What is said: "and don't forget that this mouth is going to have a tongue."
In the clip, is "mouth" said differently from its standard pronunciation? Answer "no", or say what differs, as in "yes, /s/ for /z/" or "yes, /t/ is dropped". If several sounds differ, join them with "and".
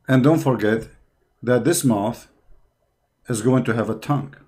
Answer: no